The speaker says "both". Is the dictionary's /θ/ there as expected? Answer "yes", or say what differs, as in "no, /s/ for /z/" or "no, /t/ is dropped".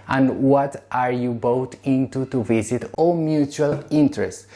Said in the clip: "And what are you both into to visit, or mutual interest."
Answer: no, /t/ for /θ/